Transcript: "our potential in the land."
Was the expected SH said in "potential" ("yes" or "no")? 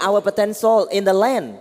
no